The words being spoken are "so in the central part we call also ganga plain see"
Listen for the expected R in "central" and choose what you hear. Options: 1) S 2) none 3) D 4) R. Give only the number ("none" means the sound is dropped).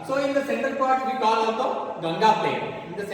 2